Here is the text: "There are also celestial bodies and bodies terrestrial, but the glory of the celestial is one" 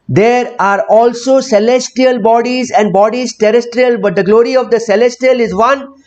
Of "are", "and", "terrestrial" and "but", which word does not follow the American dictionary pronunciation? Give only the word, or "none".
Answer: none